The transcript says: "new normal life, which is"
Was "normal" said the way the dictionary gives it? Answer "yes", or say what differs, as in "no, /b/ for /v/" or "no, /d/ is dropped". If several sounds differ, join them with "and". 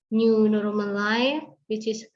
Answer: no, /n/ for /l/